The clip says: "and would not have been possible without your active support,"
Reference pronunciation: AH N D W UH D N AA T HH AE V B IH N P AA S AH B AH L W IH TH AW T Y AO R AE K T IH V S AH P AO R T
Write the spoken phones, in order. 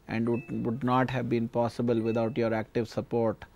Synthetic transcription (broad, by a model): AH N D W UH D N AA T HH AE V B IH N P AA S AH B AH L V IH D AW T Y AO R AE K T IH V S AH P AO R T